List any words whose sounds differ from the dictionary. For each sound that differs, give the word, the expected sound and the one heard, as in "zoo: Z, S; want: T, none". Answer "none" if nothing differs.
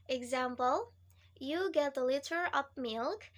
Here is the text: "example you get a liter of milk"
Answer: of: V, P